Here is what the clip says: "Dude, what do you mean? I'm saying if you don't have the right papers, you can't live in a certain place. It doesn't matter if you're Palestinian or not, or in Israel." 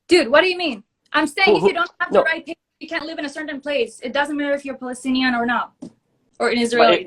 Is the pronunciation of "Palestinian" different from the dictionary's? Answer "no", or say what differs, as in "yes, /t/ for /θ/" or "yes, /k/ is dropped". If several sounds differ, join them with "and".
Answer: no